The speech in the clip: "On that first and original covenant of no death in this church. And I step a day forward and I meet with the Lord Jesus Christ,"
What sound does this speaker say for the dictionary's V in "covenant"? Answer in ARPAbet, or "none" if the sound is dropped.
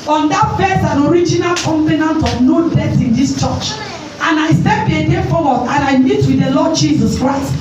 P